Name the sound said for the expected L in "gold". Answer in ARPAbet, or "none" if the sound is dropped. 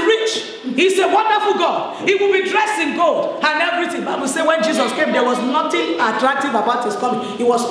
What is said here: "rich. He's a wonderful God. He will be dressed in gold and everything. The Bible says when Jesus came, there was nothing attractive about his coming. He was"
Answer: L